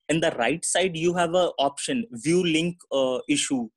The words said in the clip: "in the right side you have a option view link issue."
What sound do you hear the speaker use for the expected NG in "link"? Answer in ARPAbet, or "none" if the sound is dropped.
NG